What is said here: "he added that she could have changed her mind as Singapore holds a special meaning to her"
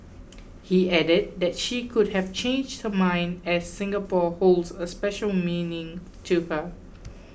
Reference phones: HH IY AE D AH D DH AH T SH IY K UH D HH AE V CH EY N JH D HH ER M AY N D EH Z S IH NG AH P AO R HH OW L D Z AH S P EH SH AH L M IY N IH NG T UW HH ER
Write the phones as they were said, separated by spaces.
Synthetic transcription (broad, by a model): HH IY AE D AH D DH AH T SH IY K UH D HH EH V CH EY N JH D HH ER M AY N D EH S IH NG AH P AO HH OW L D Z AH S P EH SH AH L M IY N IH NG T UW HH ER